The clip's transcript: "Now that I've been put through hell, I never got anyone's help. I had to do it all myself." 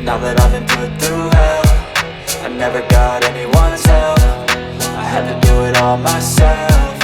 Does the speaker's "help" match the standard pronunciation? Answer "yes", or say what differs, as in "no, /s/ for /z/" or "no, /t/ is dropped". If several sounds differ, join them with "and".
no, /f/ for /p/